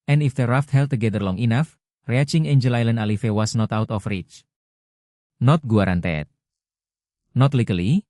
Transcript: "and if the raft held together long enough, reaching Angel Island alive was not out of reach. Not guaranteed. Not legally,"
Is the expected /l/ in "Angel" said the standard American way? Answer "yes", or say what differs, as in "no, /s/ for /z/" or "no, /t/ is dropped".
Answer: yes